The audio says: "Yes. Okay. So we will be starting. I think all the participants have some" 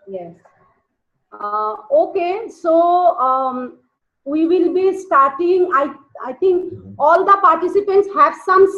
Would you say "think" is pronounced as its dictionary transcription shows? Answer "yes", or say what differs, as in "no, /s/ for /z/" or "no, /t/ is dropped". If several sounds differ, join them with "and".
no, /t/ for /θ/